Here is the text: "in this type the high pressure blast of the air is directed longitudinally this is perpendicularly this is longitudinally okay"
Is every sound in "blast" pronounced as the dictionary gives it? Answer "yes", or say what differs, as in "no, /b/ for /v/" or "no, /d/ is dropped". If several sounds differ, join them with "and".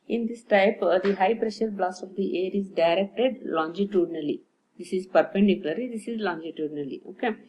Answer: no, /t/ is dropped